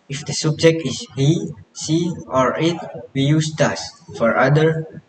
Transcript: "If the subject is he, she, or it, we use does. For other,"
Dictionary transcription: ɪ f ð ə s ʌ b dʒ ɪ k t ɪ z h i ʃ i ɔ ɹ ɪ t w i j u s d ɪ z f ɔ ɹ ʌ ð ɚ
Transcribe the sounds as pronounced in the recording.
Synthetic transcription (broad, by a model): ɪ f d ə s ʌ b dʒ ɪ k t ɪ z h i s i ɔ ɹ ɪ t w i j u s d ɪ s f ɔ ɹ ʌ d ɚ